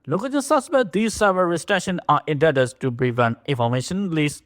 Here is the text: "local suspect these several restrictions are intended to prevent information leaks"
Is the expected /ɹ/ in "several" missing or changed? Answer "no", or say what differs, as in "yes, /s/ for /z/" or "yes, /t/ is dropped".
yes, /ɹ/ is dropped